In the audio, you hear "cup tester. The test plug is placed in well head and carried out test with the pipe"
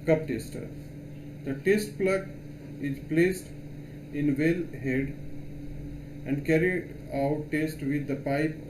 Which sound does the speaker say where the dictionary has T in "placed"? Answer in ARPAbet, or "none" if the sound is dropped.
T